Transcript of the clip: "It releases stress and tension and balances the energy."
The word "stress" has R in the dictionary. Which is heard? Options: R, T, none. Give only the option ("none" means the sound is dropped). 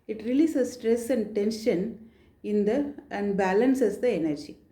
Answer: R